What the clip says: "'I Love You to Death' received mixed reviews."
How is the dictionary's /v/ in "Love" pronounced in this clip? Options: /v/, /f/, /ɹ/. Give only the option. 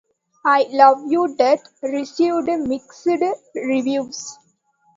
/v/